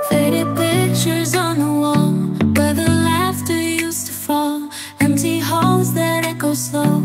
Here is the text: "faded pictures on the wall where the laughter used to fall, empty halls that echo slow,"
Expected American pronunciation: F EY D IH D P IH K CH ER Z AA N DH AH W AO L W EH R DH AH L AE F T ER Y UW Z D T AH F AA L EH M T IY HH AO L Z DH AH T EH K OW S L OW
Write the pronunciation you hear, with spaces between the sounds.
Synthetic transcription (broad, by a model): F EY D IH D P IH K CH ER Z N DH AH W AO L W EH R DH AH L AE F T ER Y UW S T AH F AA L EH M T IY HH AO L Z DH AH T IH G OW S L OW